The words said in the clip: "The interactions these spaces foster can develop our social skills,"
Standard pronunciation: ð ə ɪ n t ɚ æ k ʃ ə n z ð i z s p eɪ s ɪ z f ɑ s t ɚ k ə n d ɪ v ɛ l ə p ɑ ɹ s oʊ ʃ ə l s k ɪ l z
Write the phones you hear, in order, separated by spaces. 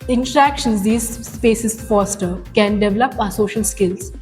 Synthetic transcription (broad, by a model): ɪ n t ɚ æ k ʃ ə n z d i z s p eɪ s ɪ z f ɑ s t ɚ k ə n d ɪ v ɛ l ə p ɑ s oʊ ʃ ə l s k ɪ l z